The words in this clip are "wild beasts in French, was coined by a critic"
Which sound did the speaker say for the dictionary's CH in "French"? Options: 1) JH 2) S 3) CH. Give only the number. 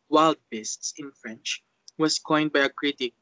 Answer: 3